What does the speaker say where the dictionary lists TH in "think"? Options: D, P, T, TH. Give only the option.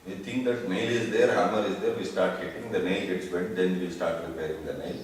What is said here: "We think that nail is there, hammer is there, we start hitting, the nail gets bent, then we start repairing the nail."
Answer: T